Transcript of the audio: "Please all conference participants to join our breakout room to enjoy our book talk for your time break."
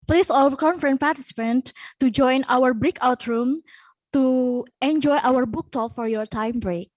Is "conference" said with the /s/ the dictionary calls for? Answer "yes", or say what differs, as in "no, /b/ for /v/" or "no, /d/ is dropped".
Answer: no, /s/ is dropped